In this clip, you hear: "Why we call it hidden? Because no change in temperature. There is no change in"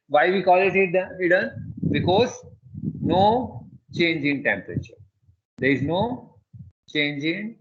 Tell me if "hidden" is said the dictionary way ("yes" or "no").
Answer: no